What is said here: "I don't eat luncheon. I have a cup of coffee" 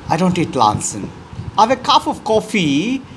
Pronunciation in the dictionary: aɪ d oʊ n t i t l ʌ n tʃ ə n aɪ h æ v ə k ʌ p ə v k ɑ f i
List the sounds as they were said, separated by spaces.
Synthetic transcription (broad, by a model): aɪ d oʊ n t i t l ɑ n s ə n aɪ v ə k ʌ f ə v k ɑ f i